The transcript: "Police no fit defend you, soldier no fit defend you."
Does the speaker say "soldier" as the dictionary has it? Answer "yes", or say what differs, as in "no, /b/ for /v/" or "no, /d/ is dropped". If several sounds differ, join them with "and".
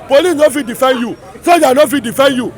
no, /l/ is dropped